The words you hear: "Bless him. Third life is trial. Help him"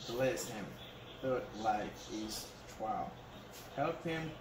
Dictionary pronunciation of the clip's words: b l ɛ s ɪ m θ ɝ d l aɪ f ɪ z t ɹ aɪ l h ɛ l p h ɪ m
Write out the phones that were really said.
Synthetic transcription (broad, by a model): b l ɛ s ɪ m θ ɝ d l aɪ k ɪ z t w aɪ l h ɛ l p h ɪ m